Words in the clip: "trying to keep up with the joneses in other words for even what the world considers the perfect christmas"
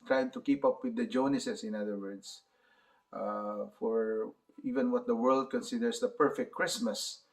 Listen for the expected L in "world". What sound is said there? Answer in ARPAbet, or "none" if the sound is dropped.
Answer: L